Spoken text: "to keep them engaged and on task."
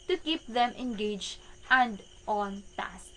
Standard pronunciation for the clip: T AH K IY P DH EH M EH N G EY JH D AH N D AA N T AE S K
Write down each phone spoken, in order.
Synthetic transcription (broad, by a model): T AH K IY P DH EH M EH N G EY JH AH N D AA N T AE S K